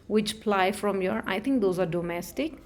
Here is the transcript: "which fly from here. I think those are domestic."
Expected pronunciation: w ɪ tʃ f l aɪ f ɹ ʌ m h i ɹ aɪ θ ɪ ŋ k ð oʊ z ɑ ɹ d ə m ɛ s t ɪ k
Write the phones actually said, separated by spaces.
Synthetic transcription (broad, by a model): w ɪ tʃ p l aɪ f ɹ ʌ m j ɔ ɹ aɪ t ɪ ŋ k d oʊ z ɑ ɹ d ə m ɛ s t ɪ k